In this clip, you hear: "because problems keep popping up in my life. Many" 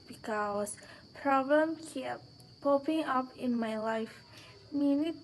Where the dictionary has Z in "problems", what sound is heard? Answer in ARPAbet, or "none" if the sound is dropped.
none